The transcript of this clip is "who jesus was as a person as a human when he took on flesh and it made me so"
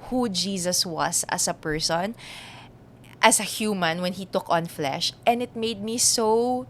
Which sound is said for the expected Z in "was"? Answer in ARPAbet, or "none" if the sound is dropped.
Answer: S